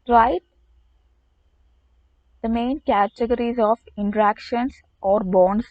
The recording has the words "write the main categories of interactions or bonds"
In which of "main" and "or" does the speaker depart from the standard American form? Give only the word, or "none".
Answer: none